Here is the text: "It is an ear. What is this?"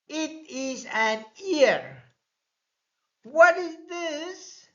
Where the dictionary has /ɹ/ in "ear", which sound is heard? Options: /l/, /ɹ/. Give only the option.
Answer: /ɹ/